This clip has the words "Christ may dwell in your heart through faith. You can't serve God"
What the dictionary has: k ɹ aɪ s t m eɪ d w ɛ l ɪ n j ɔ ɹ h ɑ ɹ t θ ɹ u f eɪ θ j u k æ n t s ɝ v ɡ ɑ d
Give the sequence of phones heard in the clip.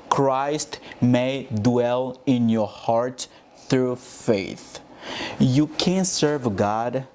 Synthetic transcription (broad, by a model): k ɹ aɪ s t m eɪ d w ɛ l ɪ n j ɔ ɹ h ɑ ɹ t θ ɹ u f eɪ θ j u k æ n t s ɝ v ɡ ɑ d